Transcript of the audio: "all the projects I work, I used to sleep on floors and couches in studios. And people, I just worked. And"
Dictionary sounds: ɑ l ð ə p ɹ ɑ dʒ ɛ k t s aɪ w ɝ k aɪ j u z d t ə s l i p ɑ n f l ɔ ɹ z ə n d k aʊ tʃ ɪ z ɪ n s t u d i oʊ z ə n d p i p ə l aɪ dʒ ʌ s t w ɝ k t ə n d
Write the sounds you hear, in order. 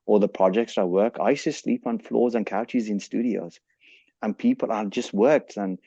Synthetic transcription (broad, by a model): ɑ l ð ə p ɹ ɑ dʒ ɛ k t s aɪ w ɝ k aɪ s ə s l i p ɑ n f l ɔ z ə n k aʊ tʃ ɪ z ɪ n s t u d i oʊ z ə n p i p ə l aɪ dʒ ʌ s t w ɝ k t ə n